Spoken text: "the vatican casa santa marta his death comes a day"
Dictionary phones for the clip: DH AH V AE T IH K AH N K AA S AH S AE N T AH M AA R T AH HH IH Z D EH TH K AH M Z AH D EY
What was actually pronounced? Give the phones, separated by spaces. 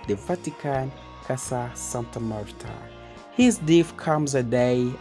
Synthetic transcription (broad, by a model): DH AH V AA T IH K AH N K AA S AH S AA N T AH M AA R T AH HH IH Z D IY F K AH M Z AH D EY